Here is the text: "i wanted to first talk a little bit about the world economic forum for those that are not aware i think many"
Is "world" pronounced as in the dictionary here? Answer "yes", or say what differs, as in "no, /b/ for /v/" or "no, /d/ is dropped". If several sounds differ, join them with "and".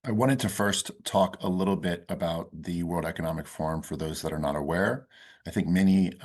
yes